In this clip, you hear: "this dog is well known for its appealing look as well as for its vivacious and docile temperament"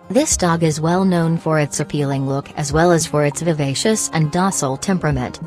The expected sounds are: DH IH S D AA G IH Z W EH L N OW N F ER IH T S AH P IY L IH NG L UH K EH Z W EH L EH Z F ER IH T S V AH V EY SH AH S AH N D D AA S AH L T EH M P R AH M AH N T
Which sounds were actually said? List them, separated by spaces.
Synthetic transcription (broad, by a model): DH IH S D AA G IH Z W EH L N OW N F ER IH T S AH P IY L IH NG L UH K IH Z W EH L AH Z F ER IH T S V AH V EY SH AH S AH N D D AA S L T EH M P R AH M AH N T